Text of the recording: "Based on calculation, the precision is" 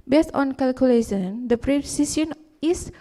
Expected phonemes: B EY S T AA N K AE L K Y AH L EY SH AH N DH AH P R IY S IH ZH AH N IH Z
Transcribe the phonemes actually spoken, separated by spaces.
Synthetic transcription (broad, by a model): B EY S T AA N K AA L K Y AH L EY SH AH N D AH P R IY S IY S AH N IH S